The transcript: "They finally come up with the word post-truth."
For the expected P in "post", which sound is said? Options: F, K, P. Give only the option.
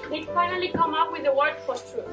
F